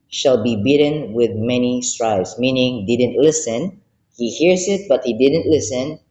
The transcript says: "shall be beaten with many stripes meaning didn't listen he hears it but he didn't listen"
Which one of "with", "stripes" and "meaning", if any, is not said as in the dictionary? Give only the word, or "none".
stripes